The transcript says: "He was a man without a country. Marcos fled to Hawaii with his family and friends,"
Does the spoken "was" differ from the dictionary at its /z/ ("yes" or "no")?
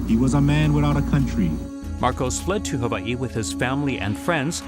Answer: no